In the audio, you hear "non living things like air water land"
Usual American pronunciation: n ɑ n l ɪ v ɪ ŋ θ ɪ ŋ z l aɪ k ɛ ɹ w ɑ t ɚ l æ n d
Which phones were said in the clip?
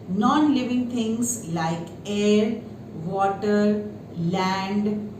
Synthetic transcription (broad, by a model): n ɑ n l ɪ v ɪ ŋ t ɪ ŋ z l aɪ k ɛ ɹ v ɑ t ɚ l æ n d